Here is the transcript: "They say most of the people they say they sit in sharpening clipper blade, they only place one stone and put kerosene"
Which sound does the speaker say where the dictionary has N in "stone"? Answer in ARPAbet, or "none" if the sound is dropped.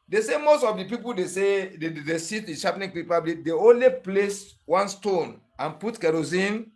N